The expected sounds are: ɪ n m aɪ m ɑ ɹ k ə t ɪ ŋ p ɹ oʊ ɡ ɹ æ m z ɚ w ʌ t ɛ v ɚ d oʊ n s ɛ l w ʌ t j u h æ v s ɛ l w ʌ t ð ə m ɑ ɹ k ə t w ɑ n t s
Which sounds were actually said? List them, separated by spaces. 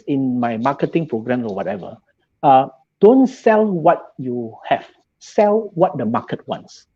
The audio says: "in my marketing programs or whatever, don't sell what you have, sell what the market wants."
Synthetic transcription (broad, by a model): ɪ n m aɪ m ɑ k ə t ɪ ŋ p ɹ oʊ ɡ ɹ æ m ɔ w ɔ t ɛ v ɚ d oʊ n s ɛ l w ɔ t j u h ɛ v s ɛ l w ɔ t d ə m ɑ k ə t w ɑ n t s